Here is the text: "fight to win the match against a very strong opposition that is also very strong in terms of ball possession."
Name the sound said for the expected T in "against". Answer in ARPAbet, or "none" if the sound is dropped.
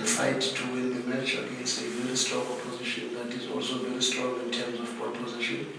none